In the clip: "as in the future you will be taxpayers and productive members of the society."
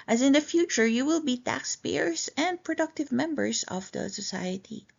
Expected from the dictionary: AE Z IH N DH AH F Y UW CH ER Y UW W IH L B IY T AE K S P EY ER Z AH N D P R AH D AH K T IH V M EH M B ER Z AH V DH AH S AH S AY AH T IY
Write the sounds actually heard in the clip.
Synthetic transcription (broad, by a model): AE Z IH N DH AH F Y UW CH ER Y UW W IH L B IY T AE K S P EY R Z AH N D P R AH D AH K T IH V M EH M B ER S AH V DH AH S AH S AY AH T IY